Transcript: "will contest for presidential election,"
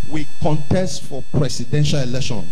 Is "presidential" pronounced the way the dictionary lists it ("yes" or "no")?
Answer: no